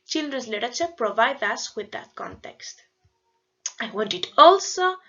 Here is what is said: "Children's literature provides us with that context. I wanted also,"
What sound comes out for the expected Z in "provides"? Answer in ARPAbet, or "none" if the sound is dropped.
none